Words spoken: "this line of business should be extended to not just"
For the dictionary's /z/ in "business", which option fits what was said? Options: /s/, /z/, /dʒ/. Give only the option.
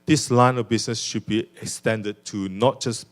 /s/